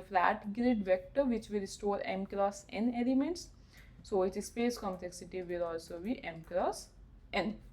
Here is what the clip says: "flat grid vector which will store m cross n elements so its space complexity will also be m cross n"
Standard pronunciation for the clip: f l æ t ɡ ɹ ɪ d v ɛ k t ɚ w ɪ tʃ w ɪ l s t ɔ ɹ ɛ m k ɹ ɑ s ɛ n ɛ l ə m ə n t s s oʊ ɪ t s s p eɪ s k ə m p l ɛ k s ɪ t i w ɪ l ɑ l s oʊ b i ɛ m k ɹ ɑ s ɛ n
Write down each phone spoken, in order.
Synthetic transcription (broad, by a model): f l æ t ɡ ɹ ɪ d v ɛ k t ɚ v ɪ tʃ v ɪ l s t ɔ ɹ ɛ m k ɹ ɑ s ɛ n ɛ l ə m ə n t s s oʊ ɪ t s s p eɪ s k ə m p l ɛ k s ɪ t i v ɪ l ɑ l s oʊ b i ɛ m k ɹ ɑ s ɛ n